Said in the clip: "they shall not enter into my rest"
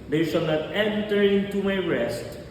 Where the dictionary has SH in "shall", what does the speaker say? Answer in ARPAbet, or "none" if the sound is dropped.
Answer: S